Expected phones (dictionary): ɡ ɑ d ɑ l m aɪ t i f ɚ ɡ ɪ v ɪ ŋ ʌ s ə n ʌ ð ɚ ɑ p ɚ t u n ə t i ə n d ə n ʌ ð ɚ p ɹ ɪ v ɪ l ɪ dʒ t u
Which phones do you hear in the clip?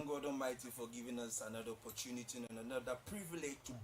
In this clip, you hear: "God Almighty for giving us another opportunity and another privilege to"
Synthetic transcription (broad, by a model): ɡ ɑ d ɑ m aɪ t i f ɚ ɡ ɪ v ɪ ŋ ʌ s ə n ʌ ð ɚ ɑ p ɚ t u n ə t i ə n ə n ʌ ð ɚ p ɹ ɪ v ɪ l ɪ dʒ t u